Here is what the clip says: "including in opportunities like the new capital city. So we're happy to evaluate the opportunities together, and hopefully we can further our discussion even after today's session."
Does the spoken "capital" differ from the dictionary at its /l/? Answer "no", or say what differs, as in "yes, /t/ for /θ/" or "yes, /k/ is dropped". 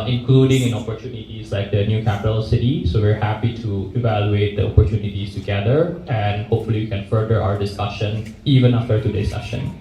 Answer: no